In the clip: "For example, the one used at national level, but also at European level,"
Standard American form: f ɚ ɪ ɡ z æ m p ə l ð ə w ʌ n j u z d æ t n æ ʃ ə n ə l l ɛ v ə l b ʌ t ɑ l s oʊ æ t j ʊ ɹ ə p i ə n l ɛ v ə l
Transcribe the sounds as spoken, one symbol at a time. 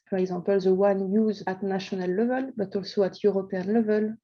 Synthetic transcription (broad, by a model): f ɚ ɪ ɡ z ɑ p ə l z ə w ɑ n j u z ɑ t n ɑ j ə n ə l l ɛ v ə l b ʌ t ɑ l s oʊ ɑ t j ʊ ɹ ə p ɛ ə n l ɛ v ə l